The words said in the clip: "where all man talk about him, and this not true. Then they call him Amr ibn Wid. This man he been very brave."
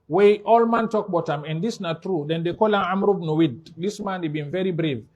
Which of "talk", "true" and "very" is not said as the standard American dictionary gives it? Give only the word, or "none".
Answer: none